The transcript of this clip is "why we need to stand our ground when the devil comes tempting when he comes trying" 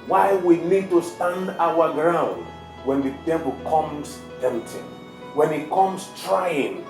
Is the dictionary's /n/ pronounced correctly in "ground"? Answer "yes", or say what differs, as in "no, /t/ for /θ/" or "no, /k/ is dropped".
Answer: yes